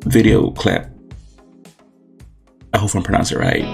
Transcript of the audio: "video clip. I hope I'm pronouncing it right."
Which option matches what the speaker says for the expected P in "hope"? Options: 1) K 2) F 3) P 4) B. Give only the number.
2